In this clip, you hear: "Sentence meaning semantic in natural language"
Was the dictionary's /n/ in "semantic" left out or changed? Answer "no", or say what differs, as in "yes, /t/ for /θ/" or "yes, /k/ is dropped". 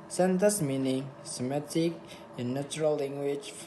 yes, /n/ is dropped